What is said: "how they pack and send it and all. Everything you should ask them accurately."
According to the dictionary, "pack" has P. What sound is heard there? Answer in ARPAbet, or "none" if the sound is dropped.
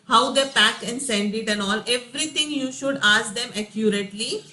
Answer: P